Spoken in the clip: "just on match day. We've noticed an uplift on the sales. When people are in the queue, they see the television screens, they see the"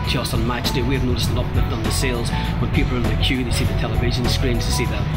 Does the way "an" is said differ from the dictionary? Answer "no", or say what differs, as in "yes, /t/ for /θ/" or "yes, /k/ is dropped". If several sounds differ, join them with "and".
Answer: yes, /l/ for /n/